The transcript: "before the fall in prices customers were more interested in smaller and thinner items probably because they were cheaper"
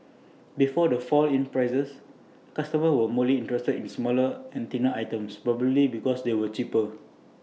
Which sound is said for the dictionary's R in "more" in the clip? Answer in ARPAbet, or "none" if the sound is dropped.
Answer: L